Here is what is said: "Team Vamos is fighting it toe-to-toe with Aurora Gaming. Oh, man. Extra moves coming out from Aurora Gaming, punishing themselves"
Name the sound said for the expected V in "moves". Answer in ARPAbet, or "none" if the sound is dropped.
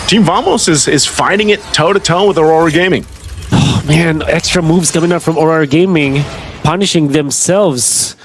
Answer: V